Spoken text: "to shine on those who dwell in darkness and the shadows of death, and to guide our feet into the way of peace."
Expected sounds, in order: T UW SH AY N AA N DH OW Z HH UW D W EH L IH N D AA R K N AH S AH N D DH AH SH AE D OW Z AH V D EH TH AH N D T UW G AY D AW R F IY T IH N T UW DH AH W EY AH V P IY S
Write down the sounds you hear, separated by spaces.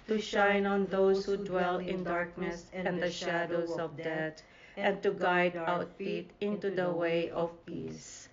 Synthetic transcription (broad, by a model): T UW SH AY N AA N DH OW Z HH UW D W EH L IH N D AA R K N AH S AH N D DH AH SH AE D OW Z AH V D EH T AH N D T UW G AY D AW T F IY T IH N T UW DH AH W EY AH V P IY S